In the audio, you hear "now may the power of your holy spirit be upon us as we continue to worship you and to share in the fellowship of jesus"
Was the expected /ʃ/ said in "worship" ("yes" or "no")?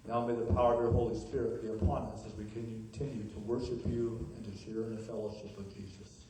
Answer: yes